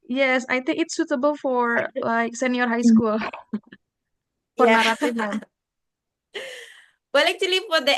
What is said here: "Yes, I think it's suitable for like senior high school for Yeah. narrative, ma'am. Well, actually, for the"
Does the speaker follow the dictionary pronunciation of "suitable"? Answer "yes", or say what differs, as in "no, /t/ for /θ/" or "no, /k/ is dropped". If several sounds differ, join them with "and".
yes